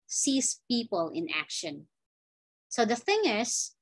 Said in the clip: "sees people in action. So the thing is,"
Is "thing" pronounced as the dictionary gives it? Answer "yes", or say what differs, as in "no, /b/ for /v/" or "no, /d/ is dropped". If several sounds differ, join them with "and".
yes